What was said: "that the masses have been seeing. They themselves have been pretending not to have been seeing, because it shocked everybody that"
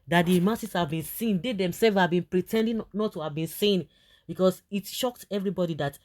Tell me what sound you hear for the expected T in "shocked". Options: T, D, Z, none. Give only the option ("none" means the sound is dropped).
T